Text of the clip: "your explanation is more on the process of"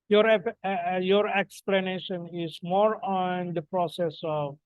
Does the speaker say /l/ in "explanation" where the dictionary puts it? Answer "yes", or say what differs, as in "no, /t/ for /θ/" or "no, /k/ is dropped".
yes